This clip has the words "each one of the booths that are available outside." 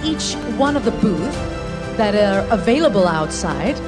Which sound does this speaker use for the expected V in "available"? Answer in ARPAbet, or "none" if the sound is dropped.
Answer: V